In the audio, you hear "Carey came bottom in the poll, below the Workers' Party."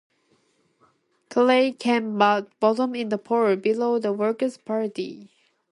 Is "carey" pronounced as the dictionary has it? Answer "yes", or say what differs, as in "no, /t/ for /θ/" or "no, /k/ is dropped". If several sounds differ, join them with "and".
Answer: no, /l/ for /ɹ/